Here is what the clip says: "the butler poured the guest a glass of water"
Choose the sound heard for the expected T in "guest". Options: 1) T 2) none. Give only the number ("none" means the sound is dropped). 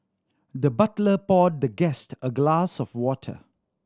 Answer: 1